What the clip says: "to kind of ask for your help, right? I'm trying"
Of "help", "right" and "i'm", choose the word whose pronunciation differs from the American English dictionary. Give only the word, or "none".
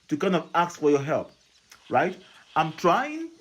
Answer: none